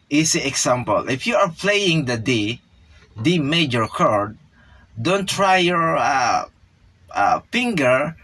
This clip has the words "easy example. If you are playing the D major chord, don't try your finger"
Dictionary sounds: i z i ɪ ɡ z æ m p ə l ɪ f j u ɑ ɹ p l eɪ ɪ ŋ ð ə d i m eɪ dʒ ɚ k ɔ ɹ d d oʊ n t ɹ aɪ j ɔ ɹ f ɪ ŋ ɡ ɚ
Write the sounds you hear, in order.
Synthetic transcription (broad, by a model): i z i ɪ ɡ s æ m p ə l ɪ f j u ɑ ɹ p l eɪ ɪ ŋ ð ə d i m eɪ dʒ ɚ k ɔ ɹ d d oʊ n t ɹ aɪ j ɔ ɹ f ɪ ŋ ɡ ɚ